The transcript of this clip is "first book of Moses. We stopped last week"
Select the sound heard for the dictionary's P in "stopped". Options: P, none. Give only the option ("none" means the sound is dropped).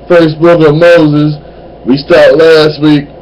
none